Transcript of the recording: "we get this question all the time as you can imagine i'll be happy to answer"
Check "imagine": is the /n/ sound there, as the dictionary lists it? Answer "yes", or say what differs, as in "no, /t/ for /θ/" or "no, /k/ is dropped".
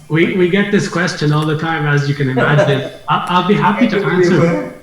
no, /l/ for /n/